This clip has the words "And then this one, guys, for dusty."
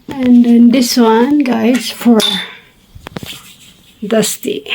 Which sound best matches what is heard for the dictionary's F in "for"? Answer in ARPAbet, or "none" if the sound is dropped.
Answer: F